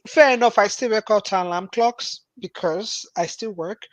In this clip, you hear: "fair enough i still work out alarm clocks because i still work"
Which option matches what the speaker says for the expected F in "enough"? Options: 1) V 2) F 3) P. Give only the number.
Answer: 2